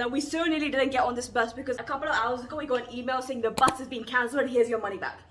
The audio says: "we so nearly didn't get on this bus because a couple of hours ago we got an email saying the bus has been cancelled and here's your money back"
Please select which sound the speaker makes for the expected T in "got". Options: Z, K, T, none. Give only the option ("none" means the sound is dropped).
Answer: none